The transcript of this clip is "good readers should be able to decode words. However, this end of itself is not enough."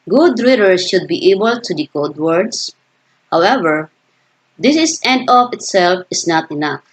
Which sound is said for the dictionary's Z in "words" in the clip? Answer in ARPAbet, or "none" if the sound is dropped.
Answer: S